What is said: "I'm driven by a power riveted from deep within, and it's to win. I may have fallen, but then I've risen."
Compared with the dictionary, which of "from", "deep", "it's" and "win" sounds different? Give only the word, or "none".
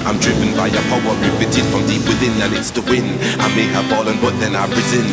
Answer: none